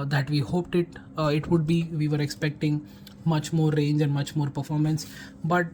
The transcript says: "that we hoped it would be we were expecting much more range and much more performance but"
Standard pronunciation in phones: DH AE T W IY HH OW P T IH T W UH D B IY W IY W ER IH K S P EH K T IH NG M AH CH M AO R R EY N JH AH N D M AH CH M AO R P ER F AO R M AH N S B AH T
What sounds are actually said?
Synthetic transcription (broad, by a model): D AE T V IY HH OW P T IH T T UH D B IY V IY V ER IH K S P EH K T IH NG M AH CH M AO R R EY N JH AH N D M AH CH M AO R P ER F AO R M AH N S B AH T